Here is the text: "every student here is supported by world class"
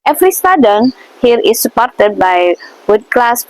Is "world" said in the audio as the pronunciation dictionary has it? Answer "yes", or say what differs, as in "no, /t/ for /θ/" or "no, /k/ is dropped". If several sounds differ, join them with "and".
no, /l/ is dropped